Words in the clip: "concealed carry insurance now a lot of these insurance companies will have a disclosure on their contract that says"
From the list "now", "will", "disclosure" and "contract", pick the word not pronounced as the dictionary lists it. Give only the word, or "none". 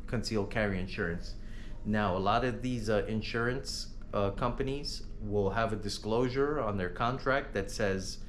none